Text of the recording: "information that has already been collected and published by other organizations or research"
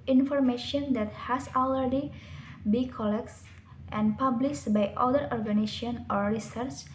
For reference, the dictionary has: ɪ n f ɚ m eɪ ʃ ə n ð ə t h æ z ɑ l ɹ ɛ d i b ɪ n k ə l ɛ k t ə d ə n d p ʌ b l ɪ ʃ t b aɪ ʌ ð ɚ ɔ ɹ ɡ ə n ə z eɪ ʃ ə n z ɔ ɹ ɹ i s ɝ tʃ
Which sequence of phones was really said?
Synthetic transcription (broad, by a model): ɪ n f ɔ m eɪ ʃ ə n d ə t h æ s ɑ l ɹ ɛ d i b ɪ k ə l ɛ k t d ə n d p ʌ b l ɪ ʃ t b aɪ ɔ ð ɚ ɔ ɹ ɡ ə n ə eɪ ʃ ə n ɔ ɹ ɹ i s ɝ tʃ